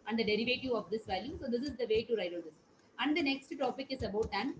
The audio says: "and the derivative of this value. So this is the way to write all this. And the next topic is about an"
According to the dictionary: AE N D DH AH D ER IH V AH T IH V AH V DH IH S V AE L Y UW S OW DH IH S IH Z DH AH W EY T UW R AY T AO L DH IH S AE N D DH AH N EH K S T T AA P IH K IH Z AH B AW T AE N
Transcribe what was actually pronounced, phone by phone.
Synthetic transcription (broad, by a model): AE N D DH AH D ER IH V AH T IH AH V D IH S V AE L Y UW S OW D IH S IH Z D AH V EY T UW R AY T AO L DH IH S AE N D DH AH N EH K S T T AA P IH K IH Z AH B AW T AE N